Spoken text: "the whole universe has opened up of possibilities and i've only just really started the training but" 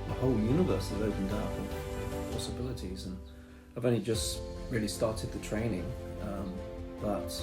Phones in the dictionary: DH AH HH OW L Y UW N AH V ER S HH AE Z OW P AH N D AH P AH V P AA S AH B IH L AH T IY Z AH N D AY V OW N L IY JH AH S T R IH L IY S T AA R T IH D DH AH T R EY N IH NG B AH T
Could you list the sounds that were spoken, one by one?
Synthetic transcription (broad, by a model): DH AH HH OW L Y UW N AH V ER S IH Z OW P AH N D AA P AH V P AA S AH B IH L AH T IY Z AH N AY V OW N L IY JH AH S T R IH L IY S T AA R T IH D DH AH T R EY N IH NG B AH T